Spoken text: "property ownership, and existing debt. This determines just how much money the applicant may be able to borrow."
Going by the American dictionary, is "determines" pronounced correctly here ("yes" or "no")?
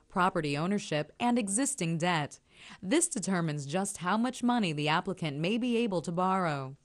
yes